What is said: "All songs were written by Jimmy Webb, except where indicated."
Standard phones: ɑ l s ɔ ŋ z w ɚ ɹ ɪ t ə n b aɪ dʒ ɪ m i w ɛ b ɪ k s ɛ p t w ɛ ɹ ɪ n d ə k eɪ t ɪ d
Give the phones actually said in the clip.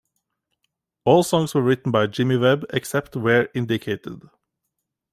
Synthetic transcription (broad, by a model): ɑ l s ɔ ŋ s w ɚ ɹ ɪ t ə n b aɪ dʒ ɪ m i w ɛ b ɪ k s ɛ p t w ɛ ɹ ɪ n d ə k eɪ t ɪ d